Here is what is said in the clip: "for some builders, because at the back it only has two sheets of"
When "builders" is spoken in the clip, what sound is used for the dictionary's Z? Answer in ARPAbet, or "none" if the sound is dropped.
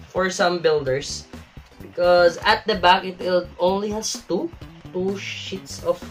S